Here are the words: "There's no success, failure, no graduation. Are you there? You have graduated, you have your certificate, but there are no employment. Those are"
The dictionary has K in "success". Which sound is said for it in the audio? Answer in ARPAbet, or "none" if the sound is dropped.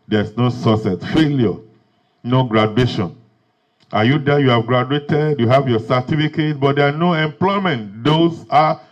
none